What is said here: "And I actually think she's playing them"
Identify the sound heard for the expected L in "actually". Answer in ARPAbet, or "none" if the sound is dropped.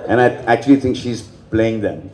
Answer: L